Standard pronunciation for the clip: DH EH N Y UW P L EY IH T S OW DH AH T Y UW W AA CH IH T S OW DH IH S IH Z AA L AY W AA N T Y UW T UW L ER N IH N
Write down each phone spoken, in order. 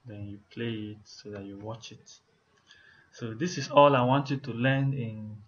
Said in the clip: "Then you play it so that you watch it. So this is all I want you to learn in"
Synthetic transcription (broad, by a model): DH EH N Y UW P L EY IH T S OW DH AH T Y UW W AA CH IH T S OW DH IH S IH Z AA L AY W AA N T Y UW T UW L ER N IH N